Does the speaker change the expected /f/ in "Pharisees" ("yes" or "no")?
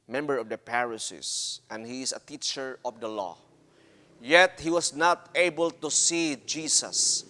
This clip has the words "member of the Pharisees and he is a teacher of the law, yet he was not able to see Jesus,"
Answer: yes